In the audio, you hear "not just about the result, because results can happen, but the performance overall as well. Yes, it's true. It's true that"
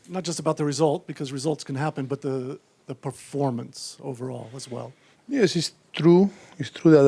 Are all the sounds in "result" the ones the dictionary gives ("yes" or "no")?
yes